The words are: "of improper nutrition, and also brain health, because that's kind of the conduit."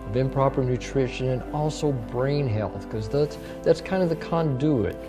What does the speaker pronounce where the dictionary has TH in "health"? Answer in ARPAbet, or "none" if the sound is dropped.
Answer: TH